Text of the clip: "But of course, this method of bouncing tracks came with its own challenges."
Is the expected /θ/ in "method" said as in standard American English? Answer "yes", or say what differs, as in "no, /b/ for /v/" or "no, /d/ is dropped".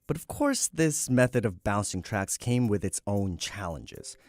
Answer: yes